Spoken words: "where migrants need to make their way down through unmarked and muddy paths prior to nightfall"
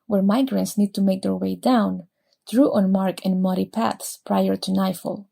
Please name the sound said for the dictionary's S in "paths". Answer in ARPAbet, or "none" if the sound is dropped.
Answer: S